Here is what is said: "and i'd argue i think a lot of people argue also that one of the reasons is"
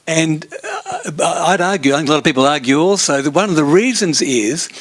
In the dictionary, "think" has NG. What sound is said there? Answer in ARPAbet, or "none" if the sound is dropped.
none